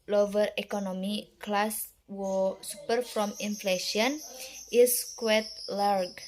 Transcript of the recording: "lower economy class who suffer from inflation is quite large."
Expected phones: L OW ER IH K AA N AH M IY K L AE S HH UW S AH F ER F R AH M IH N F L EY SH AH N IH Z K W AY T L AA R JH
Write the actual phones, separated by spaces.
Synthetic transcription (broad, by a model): L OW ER IH K AA N AH M IY K L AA S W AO S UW P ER F R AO M IH N F L EY SH AH N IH S K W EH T L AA R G